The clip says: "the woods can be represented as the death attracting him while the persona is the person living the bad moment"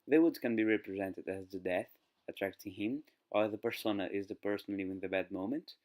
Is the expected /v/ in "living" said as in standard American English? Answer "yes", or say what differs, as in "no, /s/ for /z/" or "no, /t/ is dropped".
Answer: no, /w/ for /v/